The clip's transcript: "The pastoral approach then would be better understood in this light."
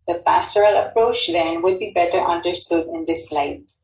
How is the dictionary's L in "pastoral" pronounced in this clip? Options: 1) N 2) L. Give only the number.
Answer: 2